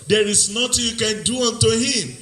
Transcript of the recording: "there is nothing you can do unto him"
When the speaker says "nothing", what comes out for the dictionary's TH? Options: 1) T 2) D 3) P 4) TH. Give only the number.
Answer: 1